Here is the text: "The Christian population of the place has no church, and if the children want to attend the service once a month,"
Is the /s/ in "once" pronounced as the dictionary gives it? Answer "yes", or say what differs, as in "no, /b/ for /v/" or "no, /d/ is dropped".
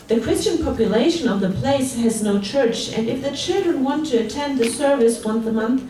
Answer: no, /θ/ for /s/